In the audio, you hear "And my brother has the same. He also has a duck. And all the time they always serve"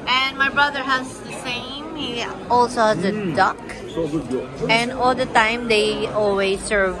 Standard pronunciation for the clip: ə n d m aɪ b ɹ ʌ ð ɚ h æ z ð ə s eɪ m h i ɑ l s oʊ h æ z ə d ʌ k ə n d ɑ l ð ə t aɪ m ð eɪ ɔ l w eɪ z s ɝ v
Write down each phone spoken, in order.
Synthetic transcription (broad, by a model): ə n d m aɪ b ɹ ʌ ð ɚ h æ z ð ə s eɪ m h i ɑ l s oʊ h æ z ə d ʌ k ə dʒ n ɑ l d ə t aɪ m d eɪ ɔ l w eɪ z s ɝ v